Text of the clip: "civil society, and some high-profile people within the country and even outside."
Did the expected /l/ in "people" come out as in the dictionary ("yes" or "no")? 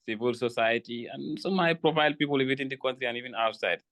yes